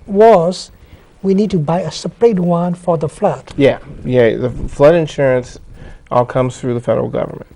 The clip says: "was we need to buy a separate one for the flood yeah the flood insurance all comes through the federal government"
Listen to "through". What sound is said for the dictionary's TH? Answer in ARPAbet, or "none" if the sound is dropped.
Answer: TH